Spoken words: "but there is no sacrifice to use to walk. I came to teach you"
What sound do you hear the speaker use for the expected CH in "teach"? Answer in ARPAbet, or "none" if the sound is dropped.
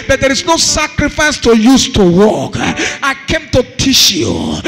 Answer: SH